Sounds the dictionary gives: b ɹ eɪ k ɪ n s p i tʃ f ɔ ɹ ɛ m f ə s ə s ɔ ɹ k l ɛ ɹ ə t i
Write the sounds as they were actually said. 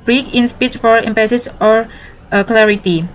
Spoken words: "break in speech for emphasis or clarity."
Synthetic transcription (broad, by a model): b ɹ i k ɪ n s p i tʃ f ɔ ɹ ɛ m p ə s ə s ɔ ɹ k l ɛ ɹ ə t i